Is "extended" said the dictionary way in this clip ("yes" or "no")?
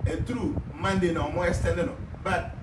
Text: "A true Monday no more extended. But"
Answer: no